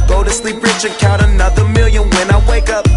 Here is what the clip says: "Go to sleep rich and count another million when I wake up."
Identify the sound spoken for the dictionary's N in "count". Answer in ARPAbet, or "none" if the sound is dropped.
none